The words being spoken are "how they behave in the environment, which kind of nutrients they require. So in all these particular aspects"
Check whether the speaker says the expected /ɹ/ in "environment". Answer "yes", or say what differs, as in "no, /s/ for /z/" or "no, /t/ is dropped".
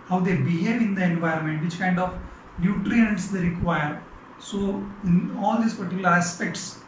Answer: yes